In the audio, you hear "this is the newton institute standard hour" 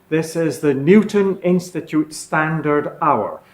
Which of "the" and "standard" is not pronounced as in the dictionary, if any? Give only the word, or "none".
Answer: none